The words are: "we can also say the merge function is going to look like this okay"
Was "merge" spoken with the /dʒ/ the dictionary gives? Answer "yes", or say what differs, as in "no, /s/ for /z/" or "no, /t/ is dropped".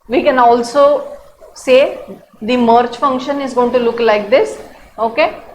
no, /tʃ/ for /dʒ/